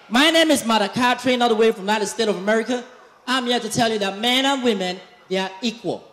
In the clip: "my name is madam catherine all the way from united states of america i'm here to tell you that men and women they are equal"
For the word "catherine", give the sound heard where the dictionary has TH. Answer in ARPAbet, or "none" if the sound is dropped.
T